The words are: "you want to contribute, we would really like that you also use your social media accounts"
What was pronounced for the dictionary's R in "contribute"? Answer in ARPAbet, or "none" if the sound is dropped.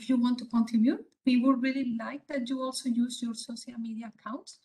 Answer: none